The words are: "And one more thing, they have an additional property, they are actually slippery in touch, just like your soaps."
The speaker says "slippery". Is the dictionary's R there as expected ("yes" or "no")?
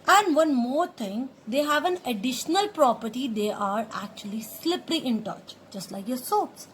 no